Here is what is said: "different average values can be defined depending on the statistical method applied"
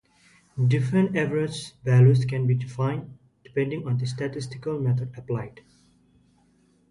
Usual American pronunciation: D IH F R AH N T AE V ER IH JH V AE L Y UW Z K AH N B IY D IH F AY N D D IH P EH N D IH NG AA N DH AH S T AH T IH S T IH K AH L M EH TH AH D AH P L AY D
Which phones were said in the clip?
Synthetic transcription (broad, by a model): D IH F R AH N T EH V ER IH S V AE L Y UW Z K AH N B IY D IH F AY N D D IH P EH N D IH NG AA N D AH S T AH T IH S T IH K AH L M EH T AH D AH P L AY D